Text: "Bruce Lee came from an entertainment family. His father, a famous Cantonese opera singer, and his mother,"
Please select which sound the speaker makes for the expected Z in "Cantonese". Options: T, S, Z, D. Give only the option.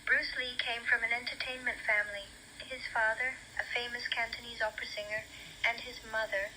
Z